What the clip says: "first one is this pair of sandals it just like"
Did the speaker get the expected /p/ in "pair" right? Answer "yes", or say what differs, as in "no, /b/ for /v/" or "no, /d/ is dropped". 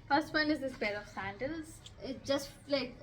no, /b/ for /p/